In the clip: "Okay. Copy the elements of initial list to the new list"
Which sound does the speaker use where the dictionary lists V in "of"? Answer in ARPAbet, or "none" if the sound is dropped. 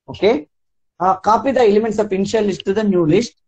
P